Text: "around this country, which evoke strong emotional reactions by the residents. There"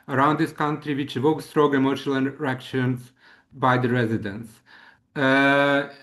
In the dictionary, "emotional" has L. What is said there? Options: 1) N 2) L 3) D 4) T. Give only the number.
1